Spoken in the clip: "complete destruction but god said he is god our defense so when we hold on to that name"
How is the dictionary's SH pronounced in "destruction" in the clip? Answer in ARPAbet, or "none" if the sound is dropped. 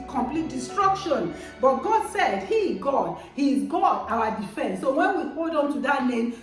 SH